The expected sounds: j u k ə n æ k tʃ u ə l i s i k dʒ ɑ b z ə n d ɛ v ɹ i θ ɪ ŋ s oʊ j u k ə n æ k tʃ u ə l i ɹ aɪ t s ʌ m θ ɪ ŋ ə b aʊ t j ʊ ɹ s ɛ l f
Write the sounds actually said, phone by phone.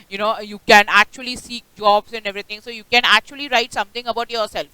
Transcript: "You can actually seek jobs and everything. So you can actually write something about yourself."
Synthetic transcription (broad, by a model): j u k ə n æ k tʃ u ə l i s i k dʒ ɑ b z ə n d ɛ v ɹ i t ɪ ŋ s oʊ j u k ə n æ k tʃ u ə l i ɹ aɪ t s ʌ m t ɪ ŋ ə b aʊ t j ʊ ɹ s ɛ l f